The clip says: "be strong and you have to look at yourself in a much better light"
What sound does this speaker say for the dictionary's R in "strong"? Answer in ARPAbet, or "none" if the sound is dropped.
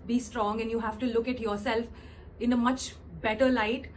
R